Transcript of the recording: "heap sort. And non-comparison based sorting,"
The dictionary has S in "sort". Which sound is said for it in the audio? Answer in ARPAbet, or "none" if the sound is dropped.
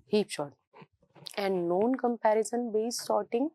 SH